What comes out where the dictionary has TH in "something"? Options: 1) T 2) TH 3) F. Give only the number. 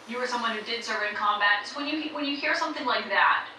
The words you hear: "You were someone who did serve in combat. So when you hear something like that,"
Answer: 2